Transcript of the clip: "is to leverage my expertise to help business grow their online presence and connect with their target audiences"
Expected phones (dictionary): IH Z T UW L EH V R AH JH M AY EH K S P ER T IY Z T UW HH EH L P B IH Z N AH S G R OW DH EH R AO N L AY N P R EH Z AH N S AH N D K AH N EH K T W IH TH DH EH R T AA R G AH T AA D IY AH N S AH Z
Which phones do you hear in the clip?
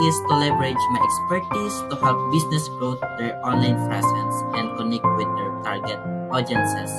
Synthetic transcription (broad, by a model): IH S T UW L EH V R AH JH M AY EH K S P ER T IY S T UW HH EH L P B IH S N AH S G R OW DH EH R AO N L AY N F R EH S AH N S AH N D K AH N EH K T W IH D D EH R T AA R G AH T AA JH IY N S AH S